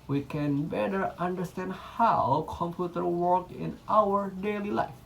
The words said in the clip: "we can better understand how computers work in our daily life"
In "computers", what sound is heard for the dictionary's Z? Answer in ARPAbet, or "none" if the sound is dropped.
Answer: none